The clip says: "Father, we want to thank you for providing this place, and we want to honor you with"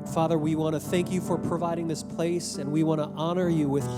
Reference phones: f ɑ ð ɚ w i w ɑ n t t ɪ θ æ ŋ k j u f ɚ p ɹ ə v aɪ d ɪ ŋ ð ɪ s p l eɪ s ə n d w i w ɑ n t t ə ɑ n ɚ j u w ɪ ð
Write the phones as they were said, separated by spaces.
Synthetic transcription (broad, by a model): f ɑ ð ɚ w i w ɑ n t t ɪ θ æ ŋ k j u f ɚ p ɹ ə v aɪ d ɪ ŋ ð ɪ s p l eɪ s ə n w i w ɑ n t t ɑ n ɚ j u w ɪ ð